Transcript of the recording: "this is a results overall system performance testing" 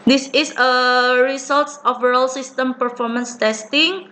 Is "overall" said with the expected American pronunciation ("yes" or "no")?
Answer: no